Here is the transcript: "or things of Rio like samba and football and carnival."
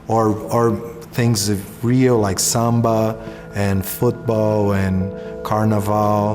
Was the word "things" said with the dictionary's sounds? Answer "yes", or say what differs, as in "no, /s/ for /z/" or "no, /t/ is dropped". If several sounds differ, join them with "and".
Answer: yes